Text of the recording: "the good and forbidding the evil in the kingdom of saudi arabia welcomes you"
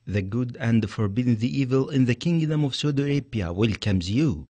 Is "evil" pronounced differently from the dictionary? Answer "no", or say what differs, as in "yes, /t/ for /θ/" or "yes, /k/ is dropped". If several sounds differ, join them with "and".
no